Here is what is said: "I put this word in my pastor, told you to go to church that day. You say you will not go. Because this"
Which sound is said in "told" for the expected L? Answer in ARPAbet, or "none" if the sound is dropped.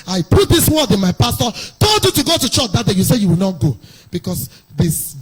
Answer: none